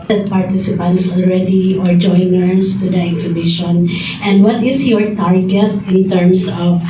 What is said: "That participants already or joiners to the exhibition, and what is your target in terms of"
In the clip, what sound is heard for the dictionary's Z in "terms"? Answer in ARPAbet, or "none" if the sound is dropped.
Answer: S